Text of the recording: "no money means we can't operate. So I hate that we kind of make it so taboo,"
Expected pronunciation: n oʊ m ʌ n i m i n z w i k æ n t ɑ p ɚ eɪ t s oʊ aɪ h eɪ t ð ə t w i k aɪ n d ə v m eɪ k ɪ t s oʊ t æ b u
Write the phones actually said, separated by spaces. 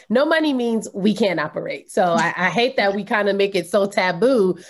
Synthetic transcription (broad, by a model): n oʊ m ʌ n i m i n z w i k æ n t ɑ p ɚ eɪ t s oʊ aɪ h eɪ t ð ə t w i k aɪ n d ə m eɪ k ɪ t s oʊ t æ b u